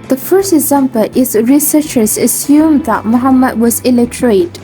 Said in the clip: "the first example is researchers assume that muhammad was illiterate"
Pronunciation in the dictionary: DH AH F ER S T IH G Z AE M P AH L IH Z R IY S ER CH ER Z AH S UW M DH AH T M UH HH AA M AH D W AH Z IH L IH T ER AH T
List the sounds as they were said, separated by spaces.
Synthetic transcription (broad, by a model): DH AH F ER S T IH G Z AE M P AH L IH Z R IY S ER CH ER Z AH S UW M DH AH T M UH HH AA M AH D W AH Z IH L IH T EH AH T